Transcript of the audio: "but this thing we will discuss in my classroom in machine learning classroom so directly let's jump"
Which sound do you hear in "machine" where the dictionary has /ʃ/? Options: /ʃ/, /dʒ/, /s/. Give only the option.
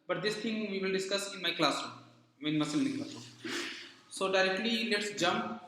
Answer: /s/